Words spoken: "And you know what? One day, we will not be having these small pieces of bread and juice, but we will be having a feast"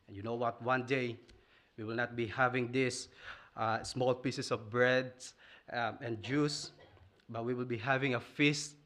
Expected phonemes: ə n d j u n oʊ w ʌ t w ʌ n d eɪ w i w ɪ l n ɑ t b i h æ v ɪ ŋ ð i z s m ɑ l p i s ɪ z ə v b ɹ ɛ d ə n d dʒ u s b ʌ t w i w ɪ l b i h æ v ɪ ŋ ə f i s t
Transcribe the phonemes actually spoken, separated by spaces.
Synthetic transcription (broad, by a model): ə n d j u n oʊ w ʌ t w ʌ n d eɪ w i w ɪ l n ɑ t b i h æ v ɪ ŋ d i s s m ɑ l p i s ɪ s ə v b ɹ ɛ d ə n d dʒ u s b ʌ t w i w ɪ l b i h æ v ɪ ŋ ə f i s t